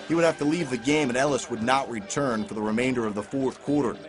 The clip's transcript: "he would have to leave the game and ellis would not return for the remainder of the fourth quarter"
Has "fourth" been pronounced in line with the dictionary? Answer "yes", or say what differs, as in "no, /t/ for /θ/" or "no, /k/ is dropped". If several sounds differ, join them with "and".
yes